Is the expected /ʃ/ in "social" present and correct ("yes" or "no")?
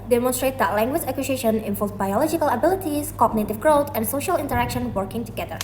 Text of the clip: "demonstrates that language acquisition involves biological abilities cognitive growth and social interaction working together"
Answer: yes